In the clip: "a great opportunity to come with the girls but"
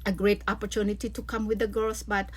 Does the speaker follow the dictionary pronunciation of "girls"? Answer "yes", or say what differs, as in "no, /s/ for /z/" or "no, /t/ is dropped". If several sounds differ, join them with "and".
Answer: no, /s/ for /z/